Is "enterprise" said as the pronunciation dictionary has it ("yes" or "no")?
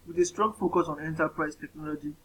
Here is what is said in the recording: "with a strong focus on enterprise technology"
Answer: no